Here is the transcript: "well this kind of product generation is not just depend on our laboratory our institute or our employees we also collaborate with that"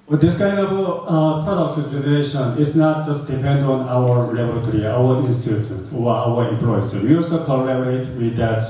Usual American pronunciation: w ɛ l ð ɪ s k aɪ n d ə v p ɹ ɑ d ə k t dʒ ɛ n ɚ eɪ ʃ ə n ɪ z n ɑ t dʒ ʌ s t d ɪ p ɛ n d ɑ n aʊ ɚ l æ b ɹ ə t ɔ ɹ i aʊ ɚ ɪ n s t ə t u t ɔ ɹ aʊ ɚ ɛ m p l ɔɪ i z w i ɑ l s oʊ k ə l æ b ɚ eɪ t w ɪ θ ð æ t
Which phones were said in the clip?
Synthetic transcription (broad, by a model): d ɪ s k aɪ n d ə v p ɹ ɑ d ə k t dʒ ɛ n ɚ eɪ ʃ ə n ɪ s n ɑ t dʒ ʌ s t d ɪ p ɛ n d ɑ n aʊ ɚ l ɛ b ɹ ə t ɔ ɹ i aʊ ɚ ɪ n s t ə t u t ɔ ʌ aʊ ɚ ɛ m p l ɔɪ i s w i ɑ l s oʊ k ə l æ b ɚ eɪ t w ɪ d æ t